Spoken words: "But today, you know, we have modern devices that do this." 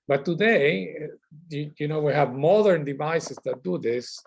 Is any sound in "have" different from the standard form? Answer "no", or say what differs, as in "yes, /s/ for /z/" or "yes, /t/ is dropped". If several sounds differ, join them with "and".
no